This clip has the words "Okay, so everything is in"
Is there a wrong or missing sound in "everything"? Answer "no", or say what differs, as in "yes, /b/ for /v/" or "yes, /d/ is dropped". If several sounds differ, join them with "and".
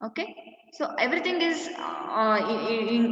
yes, /t/ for /θ/